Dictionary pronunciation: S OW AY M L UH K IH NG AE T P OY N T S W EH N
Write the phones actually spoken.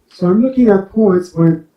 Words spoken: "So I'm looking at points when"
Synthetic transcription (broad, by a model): S OW AY M L UH K IH NG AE T P OY N T S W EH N